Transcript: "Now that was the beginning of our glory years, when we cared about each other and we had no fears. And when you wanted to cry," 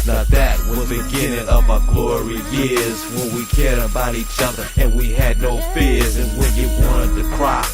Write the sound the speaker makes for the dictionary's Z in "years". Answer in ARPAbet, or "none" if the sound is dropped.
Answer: Z